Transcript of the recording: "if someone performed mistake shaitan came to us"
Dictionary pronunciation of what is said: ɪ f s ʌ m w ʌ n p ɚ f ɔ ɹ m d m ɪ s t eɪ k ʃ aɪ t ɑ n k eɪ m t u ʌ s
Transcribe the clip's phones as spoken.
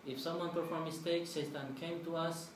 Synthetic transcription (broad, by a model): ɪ f s ʌ m w ʌ n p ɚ f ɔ ɹ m m ɪ s t eɪ k s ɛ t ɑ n k eɪ m t u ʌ s